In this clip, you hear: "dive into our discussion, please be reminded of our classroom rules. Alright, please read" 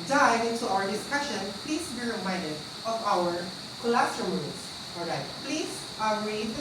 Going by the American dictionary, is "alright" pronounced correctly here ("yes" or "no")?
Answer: no